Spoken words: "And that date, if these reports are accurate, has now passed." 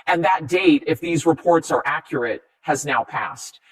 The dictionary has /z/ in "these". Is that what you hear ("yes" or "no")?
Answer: yes